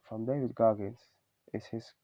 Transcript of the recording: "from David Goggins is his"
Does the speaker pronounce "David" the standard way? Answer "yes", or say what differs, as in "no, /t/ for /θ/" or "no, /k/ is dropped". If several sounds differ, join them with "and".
yes